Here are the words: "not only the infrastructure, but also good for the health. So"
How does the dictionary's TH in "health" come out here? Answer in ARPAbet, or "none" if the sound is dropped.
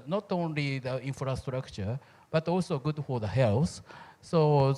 S